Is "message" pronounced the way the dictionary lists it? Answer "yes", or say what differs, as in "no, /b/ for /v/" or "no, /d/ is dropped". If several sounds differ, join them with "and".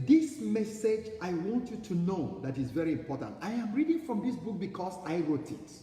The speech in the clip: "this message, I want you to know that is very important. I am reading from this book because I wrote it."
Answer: yes